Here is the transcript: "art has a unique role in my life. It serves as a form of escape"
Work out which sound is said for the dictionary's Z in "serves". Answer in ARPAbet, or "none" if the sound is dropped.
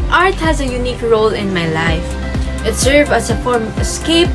none